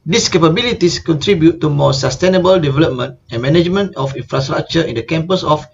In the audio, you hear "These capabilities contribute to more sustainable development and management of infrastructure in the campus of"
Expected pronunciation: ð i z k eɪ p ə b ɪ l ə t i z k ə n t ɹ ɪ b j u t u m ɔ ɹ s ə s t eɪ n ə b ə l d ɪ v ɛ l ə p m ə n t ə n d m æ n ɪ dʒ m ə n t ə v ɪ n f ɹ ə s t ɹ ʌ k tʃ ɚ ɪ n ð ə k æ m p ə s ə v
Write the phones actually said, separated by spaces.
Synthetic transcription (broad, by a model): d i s k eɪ p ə b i l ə t i s k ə n t ɹ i b j u t u m ɔ s ə s t eɪ n ə b ə l d ɪ v ɛ l ə p m ə n t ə n m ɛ n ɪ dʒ m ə n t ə f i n f ɹ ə s t ɹ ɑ k tʃ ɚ ɪ n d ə k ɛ m p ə s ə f